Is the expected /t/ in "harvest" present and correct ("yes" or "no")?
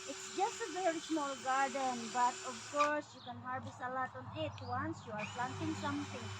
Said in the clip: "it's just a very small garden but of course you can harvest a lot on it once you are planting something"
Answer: no